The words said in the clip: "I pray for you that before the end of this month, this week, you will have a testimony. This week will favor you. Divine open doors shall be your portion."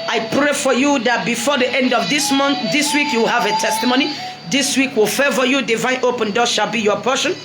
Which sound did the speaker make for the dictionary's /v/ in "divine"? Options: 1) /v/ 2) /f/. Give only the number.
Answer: 1